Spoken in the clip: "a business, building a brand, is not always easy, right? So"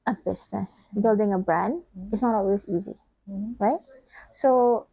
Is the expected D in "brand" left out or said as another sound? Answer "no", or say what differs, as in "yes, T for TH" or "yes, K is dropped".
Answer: no